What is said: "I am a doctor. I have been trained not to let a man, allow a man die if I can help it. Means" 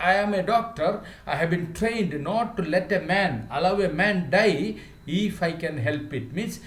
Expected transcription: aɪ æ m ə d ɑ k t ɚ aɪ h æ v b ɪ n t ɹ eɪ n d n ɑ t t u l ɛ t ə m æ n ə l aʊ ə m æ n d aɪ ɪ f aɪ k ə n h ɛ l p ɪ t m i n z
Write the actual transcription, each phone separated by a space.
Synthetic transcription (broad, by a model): aɪ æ m ə d ɑ k t ɚ aɪ h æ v b ɪ n t ɹ eɪ n d n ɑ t t u l ɛ t ə m æ n ə l aʊ ə m æ n d aɪ ɪ f aɪ k ə n h ɛ l p ɪ t m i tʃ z